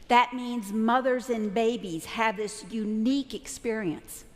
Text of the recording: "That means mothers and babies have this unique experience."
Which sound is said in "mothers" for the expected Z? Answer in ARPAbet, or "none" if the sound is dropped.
Z